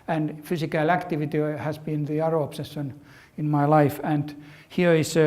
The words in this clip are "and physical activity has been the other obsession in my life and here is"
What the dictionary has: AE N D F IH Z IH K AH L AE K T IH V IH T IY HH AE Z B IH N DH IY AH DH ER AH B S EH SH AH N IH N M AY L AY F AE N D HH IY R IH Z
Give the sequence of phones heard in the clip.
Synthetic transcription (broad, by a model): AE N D F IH S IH K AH L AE K T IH V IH T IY HH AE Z B IH N DH IY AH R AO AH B S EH S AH N IH N M AY L AY F AE N D HH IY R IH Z